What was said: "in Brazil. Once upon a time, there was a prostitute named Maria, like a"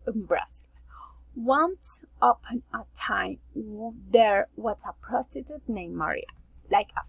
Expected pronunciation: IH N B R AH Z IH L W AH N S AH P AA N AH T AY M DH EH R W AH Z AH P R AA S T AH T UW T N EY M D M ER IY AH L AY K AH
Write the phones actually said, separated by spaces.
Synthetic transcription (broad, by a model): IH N B R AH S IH L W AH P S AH P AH N AH T AY M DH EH R W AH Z AH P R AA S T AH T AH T N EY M M ER IY AH L AY K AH